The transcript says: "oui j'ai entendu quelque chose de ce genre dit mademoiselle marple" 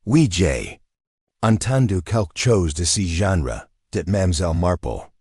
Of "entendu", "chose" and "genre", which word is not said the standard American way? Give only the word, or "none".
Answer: none